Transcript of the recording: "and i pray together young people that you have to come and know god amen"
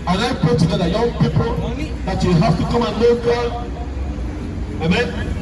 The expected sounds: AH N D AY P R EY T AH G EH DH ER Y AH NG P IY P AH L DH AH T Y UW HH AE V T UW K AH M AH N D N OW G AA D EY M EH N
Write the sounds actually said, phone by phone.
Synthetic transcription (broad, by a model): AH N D AY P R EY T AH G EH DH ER Y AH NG P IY P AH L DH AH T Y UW HH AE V T UW K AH M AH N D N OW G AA EY M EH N